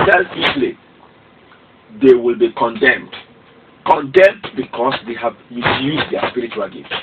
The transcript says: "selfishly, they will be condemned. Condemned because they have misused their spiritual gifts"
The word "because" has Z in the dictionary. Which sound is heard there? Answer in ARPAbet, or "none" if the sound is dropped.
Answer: S